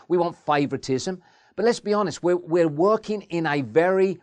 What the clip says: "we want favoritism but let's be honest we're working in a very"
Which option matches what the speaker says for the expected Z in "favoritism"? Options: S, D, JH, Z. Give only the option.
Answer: Z